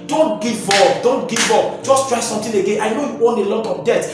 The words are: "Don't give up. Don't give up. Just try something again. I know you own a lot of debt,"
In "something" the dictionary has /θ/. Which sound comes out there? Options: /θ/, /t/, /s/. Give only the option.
/t/